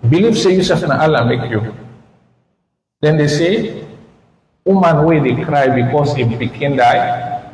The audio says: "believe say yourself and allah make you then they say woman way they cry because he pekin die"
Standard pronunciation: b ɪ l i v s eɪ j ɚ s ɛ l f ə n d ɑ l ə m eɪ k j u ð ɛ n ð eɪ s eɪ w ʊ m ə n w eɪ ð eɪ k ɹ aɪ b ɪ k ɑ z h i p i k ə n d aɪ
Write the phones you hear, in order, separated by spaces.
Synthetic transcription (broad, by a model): b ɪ l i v s eɪ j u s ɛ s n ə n ɑ l ə m eɪ k j u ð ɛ n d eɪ s eɪ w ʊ m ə n w eɪ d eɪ k ɹ aɪ b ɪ k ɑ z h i b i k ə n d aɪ